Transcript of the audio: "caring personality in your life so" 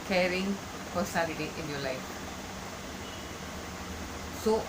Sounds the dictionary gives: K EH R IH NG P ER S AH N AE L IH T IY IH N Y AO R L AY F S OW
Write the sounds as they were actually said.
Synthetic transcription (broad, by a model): K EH R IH NG F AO S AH L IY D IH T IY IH N Y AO L AY F S OW